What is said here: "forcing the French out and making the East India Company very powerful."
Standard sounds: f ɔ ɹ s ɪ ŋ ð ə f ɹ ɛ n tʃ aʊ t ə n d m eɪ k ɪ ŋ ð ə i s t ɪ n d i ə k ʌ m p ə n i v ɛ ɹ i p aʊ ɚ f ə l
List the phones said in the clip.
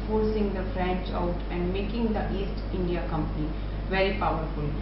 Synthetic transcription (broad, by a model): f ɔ ɹ s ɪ ŋ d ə f ɹ ɛ n tʃ aʊ t ə n d m eɪ k ɪ ŋ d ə i s t ɪ n d i ə k ʌ m p ə n i v ɛ ɹ i p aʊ ɚ f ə l